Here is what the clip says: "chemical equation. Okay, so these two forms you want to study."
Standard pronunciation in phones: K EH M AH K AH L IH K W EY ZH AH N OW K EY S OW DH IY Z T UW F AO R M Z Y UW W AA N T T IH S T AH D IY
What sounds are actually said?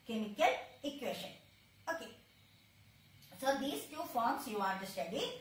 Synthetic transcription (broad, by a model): K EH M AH K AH L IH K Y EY SH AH N OW K EY S OW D IY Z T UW F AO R M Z Y UW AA T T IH S T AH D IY